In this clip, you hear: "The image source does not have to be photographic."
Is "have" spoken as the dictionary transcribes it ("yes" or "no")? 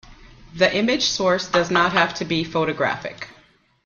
no